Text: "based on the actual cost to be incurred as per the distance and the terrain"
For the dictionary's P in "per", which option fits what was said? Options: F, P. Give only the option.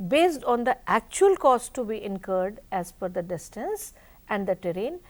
F